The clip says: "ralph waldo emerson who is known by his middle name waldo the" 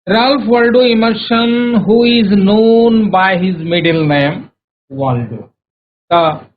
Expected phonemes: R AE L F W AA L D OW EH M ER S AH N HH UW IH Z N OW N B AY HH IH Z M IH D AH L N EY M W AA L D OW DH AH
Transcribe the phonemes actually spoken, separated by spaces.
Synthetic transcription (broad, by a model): R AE L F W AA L D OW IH M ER SH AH N HH UW IH Z N OW N B AY HH IH Z M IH D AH L N EY M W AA L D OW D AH